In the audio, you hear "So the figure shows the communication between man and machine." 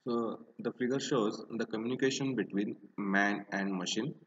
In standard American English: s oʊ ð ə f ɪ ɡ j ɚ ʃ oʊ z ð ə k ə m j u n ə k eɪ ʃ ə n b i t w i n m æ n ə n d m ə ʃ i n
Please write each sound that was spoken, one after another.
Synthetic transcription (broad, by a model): s oʊ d ə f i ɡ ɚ ʃ oʊ z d ə k ə m j u n ə k eɪ ʃ ə n b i t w i n m æ n ə n d m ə ʃ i n